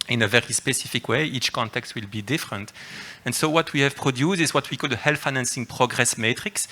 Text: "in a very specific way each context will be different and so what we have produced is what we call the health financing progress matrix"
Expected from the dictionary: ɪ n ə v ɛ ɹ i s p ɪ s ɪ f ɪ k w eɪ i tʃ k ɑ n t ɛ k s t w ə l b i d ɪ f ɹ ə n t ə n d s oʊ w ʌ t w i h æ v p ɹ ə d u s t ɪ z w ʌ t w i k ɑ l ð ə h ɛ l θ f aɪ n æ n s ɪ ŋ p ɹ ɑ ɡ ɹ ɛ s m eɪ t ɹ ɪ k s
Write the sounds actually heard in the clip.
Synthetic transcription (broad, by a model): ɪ n ə v ɛ ɹ i s p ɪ s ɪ f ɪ k w eɪ i tʃ k ɑ n t ɛ k s t w ə l b i d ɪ f ɹ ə n t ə n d s oʊ w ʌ t w i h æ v p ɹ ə d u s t ɪ z w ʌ t w i k ɑ l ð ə h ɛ l f aɪ n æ n s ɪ ŋ p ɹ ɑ ɡ ɹ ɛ s m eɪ t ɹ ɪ k s